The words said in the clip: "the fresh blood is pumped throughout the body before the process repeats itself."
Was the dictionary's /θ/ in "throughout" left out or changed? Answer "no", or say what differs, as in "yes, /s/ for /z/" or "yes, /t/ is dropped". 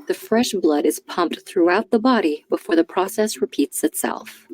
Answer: no